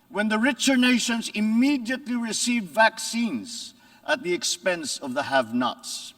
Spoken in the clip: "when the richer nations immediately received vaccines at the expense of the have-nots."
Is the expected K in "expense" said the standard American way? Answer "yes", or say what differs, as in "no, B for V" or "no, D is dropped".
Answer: yes